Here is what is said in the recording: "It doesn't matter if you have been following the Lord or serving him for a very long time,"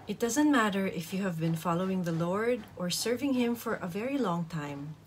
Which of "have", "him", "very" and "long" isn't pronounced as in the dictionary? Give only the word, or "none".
none